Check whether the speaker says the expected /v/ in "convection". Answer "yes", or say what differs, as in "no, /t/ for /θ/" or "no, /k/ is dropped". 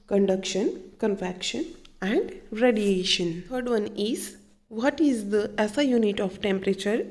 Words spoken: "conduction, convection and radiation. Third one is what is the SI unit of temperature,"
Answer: no, /f/ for /v/